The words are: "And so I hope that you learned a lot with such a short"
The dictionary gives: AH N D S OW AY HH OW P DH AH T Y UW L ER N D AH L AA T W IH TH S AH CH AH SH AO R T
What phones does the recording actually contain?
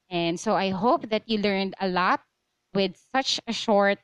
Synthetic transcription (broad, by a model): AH N D S OW AY HH OW P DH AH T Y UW L ER N D AH L AA T W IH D S AH CH AH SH AO R T